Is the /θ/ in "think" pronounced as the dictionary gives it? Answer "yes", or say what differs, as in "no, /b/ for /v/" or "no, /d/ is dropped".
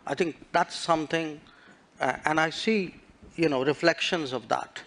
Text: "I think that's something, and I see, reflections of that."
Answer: no, /t/ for /θ/